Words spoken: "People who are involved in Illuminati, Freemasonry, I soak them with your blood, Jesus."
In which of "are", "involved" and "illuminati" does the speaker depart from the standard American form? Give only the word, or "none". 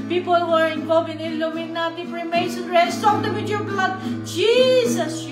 involved